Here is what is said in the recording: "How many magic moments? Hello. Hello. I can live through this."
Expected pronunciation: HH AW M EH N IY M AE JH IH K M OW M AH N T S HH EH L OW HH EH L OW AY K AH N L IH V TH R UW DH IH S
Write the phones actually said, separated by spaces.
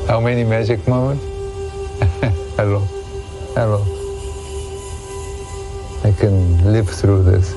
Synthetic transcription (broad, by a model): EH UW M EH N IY M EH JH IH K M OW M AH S HH EH L OW HH EH L OW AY K AH N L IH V S R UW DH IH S